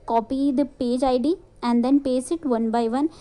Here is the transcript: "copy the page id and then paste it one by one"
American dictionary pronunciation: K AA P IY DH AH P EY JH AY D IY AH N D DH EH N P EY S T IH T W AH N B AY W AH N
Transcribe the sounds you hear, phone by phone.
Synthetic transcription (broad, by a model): K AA P IY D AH P EY JH AY D IY AH N D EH N P EY S IH T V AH N B AY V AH N